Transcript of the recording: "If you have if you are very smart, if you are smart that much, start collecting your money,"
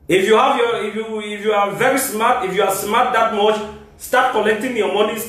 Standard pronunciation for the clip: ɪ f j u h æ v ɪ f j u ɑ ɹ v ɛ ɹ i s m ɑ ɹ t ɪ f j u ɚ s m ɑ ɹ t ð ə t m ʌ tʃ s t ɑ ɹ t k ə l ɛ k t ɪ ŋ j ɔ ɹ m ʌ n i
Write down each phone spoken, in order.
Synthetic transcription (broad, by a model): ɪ f j u h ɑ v ɪ f j u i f v ɛ ɹ i s m ɑ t ɪ f j u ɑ s m ɑ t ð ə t m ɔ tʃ s t ɑ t k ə n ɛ k t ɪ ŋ j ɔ m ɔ n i